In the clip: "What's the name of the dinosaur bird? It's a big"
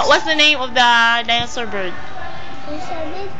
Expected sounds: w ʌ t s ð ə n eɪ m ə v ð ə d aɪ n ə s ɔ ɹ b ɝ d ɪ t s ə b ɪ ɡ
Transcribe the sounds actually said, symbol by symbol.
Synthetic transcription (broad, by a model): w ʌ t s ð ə n eɪ m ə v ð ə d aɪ ə s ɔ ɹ b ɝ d